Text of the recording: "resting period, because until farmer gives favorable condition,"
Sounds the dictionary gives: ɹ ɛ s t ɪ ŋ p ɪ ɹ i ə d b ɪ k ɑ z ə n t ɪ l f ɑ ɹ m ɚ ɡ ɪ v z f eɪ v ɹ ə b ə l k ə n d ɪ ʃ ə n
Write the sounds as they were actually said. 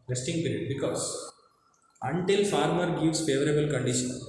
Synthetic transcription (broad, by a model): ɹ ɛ s t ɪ ŋ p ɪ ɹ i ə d b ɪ k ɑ s ə n t ɪ l f ɑ ɹ m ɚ ɡ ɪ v s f eɪ v ɹ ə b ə l k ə n d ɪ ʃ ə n